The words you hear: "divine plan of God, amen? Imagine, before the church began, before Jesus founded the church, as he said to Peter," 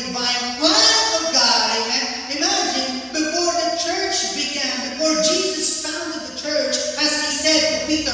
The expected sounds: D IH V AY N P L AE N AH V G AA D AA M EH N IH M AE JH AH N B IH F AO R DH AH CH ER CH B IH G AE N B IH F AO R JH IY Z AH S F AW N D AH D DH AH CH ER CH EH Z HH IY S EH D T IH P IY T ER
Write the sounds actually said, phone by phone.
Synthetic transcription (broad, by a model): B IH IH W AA AH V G AA AA IH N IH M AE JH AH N B IH F AO R DH AH CH ER CH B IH G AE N B IH F AO R JH IY Z AH S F AW N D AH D DH AH CH ER CH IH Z IY S EH D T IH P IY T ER